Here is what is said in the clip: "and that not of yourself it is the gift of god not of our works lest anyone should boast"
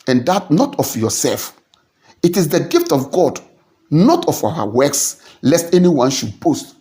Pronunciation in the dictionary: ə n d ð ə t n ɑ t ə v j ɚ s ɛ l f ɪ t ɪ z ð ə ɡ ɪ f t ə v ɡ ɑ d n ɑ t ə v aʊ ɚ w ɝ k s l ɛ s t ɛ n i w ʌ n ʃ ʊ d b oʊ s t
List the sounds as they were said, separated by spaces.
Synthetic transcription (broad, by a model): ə n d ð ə t n ɑ t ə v j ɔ s ɛ l f ɪ t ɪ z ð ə ɡ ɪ f t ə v ɡ ɑ d n ɑ t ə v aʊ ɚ w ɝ k s l ɛ s t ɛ n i w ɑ n ʃ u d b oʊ s t